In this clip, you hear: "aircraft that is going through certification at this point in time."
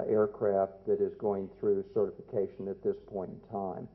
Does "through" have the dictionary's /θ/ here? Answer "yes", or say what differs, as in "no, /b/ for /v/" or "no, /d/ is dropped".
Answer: yes